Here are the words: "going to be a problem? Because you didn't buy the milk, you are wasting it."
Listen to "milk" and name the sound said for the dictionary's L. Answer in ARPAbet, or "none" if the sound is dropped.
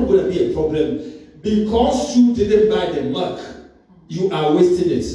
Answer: none